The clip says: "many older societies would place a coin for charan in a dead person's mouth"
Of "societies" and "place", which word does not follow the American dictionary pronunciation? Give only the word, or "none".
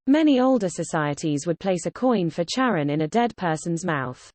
none